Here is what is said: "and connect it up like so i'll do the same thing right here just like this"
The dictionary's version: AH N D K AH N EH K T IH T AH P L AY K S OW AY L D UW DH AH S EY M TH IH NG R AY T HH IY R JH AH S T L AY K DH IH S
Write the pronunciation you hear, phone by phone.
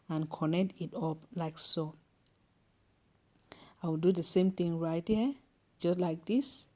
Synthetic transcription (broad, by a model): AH N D K AH N EH K T IH T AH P L AY K S OW AY W D UW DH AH S EY M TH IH NG R AY T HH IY JH AH S T L AY K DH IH S